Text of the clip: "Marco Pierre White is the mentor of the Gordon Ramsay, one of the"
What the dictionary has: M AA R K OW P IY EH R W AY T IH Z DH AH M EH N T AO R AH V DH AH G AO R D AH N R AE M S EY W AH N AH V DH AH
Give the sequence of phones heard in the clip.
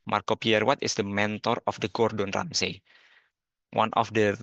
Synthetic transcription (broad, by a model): M AA R K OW P IY EH R W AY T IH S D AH M EH N T AO R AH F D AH G AO R D AH N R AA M S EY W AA N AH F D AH